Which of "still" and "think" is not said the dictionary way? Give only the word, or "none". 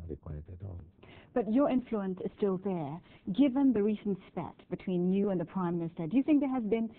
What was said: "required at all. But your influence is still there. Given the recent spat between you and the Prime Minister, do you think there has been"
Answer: none